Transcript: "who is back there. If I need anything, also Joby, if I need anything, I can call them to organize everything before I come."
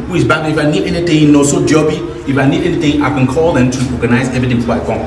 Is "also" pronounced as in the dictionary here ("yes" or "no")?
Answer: no